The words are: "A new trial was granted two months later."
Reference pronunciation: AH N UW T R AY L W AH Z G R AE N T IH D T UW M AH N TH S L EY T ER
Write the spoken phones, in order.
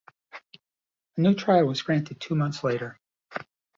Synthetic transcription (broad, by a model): AH N UW T R AY L W AH Z G R AE N T IH D T UW M AH N TH S L EY T ER